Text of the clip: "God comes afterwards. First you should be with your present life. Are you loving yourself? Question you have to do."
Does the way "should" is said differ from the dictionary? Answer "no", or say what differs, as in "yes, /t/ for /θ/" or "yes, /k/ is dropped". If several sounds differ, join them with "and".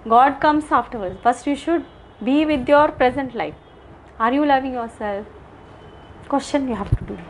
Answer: no